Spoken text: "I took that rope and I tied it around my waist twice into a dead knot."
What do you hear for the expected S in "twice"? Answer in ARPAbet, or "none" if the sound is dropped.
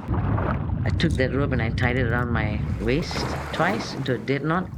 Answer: S